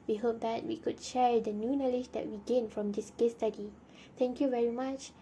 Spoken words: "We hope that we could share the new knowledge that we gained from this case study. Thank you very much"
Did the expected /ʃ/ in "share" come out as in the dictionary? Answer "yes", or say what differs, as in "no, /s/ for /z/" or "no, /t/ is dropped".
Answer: yes